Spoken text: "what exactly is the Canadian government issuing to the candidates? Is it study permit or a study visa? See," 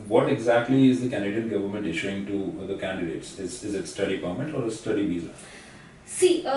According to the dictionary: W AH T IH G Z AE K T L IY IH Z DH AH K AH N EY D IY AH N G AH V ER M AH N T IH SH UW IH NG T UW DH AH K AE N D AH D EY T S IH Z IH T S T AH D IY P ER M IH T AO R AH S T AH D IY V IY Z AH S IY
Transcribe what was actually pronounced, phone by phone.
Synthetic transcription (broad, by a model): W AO T IH G Z AE K T L IY IH Z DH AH K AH N D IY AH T G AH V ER M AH N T IH SH UW IH NG T UW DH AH K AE N D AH D EY T S IH Z IH T S T AH D IY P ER M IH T AO R AH S T AH D IY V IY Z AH S IY